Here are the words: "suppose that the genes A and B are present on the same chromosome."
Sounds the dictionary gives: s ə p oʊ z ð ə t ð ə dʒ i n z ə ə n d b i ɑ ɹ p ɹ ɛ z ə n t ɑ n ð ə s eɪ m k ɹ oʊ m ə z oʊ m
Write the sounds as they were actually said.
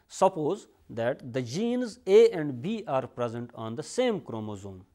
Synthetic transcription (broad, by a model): s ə p oʊ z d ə t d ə dʒ i n z ə ə n d b i ɑ ɹ p ɹ ɛ z ə n t ɑ n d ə s eɪ m k ɹ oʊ m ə z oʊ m